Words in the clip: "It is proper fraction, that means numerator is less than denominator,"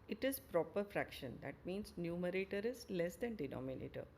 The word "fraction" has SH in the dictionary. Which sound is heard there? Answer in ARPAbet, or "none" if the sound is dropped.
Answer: SH